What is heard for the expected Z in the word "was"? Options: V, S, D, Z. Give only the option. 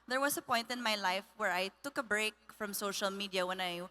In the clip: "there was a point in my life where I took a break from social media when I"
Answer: S